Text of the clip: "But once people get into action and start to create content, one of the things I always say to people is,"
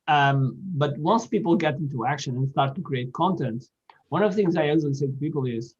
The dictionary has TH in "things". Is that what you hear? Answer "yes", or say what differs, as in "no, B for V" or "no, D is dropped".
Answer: yes